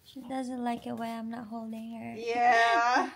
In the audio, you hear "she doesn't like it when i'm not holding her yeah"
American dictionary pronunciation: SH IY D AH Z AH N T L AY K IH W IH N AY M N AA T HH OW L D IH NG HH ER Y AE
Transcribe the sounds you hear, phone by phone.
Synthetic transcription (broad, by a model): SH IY D AH Z AH N T L AY K IH W IH AY M N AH T HH OW L D IH NG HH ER Y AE